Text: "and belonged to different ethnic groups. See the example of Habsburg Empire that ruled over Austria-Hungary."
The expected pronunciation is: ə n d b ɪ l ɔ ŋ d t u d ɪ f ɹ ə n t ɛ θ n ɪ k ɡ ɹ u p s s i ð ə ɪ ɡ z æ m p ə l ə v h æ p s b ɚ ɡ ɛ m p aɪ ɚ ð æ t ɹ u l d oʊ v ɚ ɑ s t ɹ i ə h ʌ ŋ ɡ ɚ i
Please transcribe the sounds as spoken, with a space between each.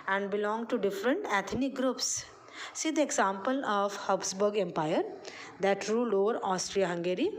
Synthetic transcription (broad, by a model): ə n d b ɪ l ɔ ŋ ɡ t u d ɪ f ɹ ə n t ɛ t n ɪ k ɡ ɹ u p s s i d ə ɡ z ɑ m p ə l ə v h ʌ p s b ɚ ɡ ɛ m p aɪ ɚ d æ t ɹ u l oʊ v ɚ ɑ s t ɹ i ə h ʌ ŋ ɡ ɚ i